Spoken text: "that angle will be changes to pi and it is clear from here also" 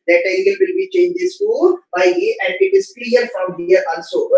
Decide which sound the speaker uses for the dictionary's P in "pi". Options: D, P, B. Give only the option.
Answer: B